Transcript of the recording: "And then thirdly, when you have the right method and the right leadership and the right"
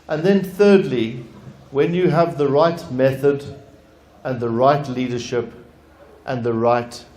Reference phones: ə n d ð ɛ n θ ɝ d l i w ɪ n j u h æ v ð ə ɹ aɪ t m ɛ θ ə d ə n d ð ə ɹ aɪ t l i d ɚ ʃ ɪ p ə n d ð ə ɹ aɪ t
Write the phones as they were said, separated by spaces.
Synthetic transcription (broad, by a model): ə n ð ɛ n θ ɝ d l i w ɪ n j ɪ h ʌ v ð ə ɹ aɪ t m ɛ θ ə d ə n ð ə ɹ aɪ t l i d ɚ ʃ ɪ p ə n ð ə ɹ aɪ t